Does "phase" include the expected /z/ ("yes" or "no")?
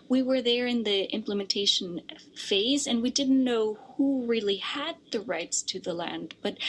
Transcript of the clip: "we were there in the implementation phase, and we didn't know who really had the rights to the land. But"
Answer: yes